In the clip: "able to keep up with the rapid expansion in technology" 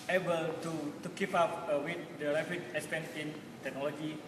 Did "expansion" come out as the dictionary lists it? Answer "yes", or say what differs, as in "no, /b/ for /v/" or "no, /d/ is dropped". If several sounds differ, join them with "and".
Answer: no, /s/ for /ʃ/